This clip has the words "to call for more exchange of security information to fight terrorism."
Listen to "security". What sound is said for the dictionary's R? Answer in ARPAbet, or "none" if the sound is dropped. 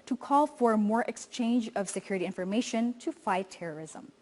R